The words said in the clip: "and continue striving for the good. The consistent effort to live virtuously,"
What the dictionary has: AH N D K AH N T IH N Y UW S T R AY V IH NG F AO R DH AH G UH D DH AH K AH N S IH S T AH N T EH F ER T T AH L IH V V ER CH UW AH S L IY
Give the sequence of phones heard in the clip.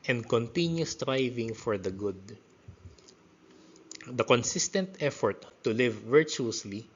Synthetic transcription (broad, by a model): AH N D K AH N T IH N Y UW S T R AY V IH NG F AO R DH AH G UH D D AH K AH N S IH S T AH N T EH F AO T T AH L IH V V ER CH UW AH S L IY